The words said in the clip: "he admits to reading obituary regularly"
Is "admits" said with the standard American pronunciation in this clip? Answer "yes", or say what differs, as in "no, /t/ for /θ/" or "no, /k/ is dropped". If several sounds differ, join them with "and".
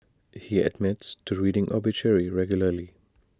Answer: yes